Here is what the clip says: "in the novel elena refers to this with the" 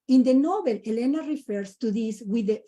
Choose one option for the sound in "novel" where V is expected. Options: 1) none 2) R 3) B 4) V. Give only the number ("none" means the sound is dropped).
3